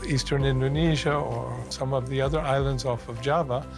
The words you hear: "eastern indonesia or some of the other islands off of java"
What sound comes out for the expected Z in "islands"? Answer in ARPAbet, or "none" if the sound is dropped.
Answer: Z